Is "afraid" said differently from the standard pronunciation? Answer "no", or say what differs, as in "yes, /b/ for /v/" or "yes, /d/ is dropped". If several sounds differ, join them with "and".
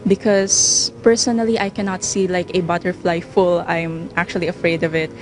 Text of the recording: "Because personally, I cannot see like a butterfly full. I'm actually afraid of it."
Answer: no